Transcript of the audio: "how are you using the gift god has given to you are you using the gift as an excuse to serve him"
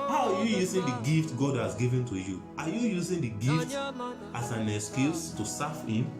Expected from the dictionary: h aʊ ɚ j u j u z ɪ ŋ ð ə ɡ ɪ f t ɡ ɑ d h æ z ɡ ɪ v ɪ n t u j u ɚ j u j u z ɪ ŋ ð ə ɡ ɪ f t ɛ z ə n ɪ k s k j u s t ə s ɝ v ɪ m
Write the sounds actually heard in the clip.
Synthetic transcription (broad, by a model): h aʊ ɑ j u j u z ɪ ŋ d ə ɡ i f t ɡ ɑ d h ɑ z ɡ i v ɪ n t u j u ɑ j u j u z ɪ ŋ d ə ɡ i f t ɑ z ə n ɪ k s k j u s t ə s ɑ f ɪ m